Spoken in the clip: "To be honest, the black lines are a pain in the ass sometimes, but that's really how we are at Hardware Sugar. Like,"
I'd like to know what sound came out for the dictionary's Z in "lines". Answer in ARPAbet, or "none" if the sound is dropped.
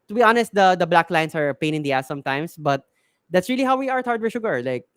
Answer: S